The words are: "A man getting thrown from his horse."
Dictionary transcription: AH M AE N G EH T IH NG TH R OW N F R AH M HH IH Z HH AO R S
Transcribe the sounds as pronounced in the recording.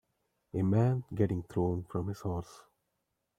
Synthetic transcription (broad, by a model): AH M AE N G EH T IH NG T R OW N F R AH M HH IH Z HH AO R S